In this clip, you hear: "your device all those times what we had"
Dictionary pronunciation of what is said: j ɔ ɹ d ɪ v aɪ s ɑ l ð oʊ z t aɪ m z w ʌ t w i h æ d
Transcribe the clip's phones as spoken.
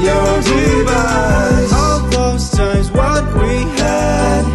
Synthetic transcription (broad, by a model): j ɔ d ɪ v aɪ ɑ l ð oʊ z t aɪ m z w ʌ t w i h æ